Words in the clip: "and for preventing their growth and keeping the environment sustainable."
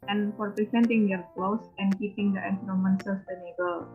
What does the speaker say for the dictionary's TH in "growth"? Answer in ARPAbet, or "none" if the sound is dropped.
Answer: S